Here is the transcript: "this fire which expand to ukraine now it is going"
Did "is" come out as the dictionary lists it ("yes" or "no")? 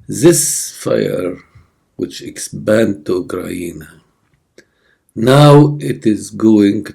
yes